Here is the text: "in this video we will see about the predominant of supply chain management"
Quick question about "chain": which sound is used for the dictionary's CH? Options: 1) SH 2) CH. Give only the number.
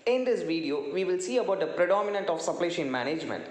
1